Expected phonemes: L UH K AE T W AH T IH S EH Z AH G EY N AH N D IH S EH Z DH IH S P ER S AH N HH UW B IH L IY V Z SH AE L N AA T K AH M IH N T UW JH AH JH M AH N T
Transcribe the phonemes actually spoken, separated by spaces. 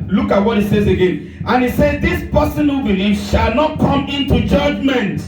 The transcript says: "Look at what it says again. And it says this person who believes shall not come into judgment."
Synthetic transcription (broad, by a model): L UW K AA T W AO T IH S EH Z AH G EY N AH N IH S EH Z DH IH S P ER S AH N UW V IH N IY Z SH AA L N AA T K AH M IH N T UW JH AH JH M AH N T